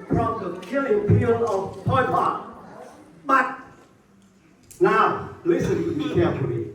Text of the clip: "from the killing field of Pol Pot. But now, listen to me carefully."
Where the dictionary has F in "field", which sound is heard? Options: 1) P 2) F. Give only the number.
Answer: 1